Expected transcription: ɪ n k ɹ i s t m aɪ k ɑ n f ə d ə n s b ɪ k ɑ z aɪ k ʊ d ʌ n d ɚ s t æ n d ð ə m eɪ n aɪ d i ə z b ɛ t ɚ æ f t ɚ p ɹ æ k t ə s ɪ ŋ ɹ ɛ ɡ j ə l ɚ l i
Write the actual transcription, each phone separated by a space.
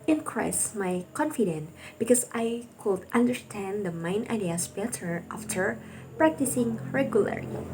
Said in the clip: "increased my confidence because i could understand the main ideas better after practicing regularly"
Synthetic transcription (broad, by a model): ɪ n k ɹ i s m aɪ k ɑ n f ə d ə n b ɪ k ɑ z aɪ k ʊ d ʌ n d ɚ s t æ n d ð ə m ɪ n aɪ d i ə s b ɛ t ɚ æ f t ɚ p ɹ æ k t ə s ɪ ŋ ɹ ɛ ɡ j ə l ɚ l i